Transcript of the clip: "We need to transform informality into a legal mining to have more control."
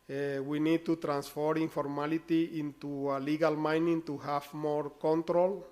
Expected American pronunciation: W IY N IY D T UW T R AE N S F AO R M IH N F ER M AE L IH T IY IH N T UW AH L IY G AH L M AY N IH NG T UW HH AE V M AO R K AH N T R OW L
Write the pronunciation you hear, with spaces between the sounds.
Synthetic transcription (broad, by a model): W IY N IY D T UW T R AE N S F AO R IY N F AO M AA L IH T IY IH N T UW AH L IY G AH L M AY N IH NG T UW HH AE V M AO R K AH N T R OW L